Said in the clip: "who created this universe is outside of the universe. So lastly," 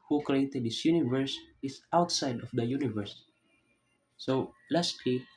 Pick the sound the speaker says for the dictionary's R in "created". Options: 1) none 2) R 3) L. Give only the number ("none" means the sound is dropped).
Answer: 2